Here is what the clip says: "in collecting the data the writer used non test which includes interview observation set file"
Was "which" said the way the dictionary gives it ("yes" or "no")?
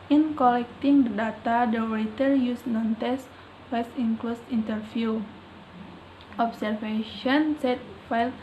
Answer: no